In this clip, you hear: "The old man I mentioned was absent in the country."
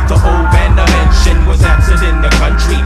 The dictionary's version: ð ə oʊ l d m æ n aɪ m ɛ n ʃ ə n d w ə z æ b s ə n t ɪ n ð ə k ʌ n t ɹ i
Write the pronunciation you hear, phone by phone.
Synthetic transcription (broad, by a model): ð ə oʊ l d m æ n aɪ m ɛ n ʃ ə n w ə z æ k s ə t ɪ n ð ə k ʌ n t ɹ i